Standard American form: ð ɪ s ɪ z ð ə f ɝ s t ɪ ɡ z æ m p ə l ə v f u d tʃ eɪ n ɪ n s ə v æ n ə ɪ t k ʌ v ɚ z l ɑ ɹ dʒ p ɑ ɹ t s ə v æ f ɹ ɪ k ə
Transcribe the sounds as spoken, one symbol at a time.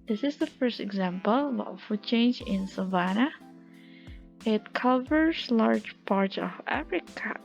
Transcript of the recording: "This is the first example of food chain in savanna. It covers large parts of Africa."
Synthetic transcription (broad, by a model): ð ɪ s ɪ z ð ə f ɝ s t ɪ ɡ z æ m p ə l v f u d tʃ eɪ n ɪ n s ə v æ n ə ɪ t k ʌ v ɚ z l ɑ ɹ dʒ p ɑ ɹ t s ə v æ f ɹ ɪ k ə